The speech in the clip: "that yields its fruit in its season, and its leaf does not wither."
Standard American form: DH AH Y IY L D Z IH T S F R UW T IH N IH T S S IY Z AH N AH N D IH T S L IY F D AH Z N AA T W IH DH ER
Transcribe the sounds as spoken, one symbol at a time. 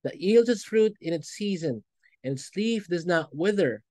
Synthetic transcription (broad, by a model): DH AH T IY L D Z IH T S F R UW T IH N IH T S S IY Z AH N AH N IH T S L IY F D AH Z N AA T W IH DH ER